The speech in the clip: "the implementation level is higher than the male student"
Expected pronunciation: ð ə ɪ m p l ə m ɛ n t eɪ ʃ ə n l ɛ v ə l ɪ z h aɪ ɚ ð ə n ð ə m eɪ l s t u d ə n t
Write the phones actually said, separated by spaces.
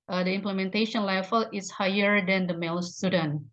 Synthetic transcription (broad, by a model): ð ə ɪ m p l ə m ɛ n t eɪ ʃ ə n l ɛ f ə l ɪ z h aɪ ɚ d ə n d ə m eɪ l s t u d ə n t